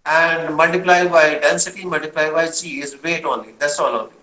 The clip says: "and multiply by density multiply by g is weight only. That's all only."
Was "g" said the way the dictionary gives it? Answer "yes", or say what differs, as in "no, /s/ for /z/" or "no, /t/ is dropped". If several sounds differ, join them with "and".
no, /tʃ/ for /dʒ/